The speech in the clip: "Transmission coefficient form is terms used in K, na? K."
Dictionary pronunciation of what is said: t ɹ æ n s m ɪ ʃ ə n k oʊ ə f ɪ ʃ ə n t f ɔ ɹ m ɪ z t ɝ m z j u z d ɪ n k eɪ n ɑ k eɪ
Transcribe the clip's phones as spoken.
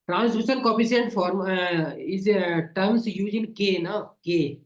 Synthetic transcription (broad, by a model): t ɹ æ n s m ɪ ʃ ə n k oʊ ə p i s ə n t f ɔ ɹ m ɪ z t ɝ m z j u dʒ ɪ n k eɪ n ɑ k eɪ